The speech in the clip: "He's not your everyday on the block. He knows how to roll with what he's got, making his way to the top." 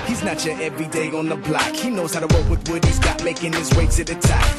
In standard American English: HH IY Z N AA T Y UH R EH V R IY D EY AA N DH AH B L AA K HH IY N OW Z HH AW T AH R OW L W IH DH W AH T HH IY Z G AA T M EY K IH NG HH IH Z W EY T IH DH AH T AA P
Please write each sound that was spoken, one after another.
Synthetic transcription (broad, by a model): HH IY Z N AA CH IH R EH V R IY D EY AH N DH AH B L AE K HH IY N OW Z HH AW T AH W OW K W IH DH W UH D HH IY Z G AA T M EY K IH NG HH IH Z W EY S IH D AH T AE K